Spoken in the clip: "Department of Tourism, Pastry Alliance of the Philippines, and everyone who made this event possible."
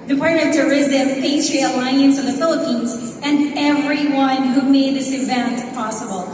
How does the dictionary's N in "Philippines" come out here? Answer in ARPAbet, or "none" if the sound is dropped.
N